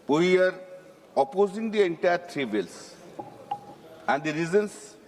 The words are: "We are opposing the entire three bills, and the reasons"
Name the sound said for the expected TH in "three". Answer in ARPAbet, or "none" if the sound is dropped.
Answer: T